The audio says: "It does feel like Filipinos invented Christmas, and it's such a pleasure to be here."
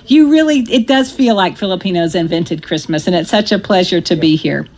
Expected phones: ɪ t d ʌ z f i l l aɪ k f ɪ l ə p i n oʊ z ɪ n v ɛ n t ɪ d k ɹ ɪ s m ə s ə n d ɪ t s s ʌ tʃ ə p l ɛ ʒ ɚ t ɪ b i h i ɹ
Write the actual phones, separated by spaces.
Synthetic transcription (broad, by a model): ɪ t d ʌ z f i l l aɪ k f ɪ l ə p i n oʊ z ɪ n v ɛ n t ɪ d k ɹ ɪ s m ə s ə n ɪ t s s ʌ tʃ ə p l ɛ ʒ ɚ t ɪ b i h i ɹ